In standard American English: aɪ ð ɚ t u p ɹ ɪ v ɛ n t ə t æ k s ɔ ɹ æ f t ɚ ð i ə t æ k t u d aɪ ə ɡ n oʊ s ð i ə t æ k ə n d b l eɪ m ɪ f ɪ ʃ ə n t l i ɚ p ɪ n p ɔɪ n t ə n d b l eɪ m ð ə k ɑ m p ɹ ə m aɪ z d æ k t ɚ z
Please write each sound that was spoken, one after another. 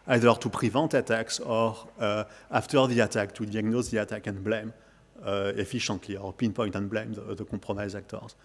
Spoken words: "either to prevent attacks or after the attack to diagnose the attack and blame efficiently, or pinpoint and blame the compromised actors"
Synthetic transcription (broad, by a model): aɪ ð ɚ t u p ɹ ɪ v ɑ n t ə t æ k s ɔ ɹ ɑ f t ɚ ð i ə t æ k t u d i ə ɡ n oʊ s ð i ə t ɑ k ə n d b l eɪ m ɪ f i ʃ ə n t l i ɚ p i n p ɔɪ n t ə n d b l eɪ m ð ə k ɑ p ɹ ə m aɪ z ɑ k t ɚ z